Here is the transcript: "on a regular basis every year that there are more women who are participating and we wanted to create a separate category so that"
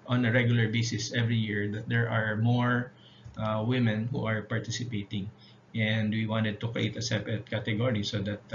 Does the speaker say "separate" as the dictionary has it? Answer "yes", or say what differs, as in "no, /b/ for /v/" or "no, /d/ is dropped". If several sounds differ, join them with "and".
no, /ɹ/ is dropped